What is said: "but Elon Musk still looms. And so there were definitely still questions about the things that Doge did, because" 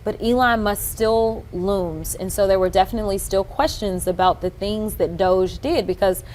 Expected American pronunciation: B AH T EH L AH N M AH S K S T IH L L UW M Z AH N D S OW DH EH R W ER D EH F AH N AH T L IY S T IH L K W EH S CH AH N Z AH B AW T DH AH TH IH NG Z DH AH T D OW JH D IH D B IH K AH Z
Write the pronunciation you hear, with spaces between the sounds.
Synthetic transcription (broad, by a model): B AH T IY L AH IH M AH S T S T IH L L UW M Z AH N S OW DH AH R W ER D EH F AH N AH T L IY S T IH L K W EH S CH AH N Z AH B AW T DH AH TH IH NG Z DH AH T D OW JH D IH D B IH K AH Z